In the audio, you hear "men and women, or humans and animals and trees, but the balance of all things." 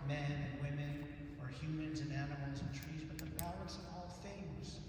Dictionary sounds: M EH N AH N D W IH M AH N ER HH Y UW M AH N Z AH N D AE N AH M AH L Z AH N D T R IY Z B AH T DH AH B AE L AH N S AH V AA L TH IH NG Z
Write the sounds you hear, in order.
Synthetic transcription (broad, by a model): M EH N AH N W IH M AH N ER HH Y UW M AH N Z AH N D AE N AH M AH L Z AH N T R IY Z B AH T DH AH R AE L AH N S AH V AA L TH IH NG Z